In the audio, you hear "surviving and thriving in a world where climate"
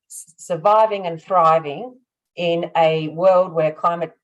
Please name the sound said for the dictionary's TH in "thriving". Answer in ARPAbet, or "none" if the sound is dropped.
TH